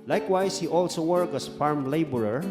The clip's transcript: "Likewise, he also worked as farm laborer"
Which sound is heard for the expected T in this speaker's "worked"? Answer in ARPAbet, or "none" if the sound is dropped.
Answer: none